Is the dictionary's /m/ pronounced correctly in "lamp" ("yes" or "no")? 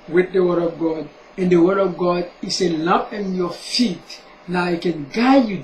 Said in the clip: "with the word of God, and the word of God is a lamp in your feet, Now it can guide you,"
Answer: no